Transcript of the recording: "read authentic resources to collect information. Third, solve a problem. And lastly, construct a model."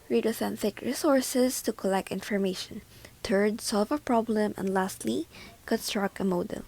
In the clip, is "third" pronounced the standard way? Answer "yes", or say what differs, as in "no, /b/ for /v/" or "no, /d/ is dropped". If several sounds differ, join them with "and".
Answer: no, /t/ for /θ/